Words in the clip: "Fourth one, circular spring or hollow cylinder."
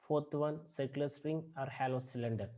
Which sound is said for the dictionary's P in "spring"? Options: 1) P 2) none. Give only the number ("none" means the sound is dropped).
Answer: 2